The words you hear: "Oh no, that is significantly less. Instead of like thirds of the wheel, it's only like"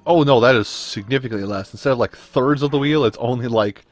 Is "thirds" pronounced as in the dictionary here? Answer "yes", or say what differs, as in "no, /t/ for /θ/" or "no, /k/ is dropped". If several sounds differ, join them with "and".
yes